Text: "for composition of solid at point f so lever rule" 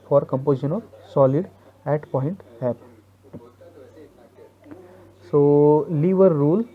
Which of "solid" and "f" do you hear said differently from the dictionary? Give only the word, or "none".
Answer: f